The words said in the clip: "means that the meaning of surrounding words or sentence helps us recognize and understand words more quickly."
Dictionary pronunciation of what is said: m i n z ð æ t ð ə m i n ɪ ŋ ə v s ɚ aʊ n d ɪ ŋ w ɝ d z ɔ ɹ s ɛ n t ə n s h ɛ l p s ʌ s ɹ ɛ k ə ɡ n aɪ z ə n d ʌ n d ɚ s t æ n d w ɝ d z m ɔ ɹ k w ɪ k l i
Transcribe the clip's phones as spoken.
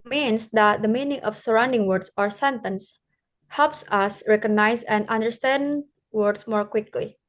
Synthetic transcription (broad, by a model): m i n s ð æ t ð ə m i n ɪ ŋ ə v s ɚ aʊ n d ɪ ŋ w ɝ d s ɔ ɹ s ɛ n t ə n s h ɛ l p s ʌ s ɹ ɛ k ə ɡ n aɪ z ə n d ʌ n d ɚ s t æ n d w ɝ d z m ɔ ɹ k w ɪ k l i